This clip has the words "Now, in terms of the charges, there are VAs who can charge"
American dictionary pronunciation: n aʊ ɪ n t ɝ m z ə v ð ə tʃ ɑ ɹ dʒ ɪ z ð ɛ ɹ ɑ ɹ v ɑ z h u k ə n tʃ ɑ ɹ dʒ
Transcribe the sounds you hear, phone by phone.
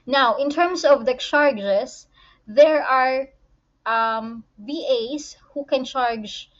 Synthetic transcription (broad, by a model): n aʊ ɪ n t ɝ m s ə v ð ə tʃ ɑ ɹ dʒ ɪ s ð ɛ ɹ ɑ ɹ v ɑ s h u k ə n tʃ ɑ ɹ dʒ